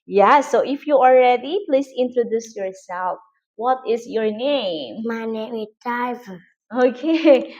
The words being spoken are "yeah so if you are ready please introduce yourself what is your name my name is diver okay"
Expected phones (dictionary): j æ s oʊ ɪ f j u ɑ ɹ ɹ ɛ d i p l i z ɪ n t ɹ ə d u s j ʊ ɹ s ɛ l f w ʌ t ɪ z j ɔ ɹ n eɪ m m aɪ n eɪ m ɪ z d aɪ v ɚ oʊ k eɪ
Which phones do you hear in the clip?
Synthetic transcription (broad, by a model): j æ s oʊ ɪ f j u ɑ l ɹ ɛ d i p l i s ɪ n t ɹ ə d u s j ʊ ɹ s ɛ l f w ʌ t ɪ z j ɔ ɹ n eɪ m m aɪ n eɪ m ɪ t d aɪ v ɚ oʊ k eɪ